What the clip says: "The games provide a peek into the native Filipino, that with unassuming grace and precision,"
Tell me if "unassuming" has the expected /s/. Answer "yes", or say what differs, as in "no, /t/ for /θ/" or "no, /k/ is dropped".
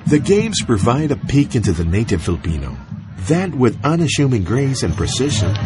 no, /ʃ/ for /s/